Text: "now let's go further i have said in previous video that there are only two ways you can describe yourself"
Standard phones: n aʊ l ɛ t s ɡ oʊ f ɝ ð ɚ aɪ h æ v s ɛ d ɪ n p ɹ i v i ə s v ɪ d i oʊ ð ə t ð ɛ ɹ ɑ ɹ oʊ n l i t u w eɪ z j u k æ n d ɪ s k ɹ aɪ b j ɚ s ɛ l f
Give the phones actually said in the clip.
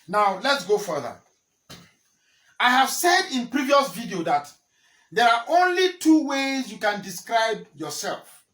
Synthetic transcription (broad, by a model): n aʊ l ɛ t s ɡ oʊ f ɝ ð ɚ aɪ h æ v s ɛ d ɪ n p ɹ i v i ə s v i d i oʊ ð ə t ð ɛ ɹ ɑ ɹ oʊ n l i t u w eɪ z j u k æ n d ɪ s k ɹ aɪ b j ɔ s ɛ l f